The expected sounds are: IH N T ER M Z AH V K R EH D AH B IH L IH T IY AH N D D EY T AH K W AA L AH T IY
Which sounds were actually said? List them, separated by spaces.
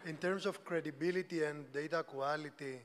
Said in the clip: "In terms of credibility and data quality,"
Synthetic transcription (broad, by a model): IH N T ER M S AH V K R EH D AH B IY L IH T IY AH N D D EY T AH K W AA L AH T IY